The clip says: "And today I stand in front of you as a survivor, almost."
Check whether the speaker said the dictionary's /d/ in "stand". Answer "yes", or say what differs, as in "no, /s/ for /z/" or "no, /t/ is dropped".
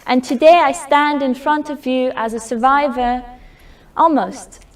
yes